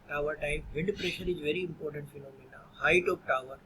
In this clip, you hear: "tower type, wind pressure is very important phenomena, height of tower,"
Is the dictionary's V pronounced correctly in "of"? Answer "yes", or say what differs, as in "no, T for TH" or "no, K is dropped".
no, P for V